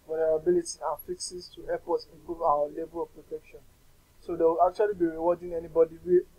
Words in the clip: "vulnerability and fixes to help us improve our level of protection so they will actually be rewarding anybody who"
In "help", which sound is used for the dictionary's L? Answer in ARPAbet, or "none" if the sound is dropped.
none